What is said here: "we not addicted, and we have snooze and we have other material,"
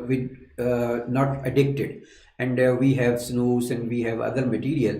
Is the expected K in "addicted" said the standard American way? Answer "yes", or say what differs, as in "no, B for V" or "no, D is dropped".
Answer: yes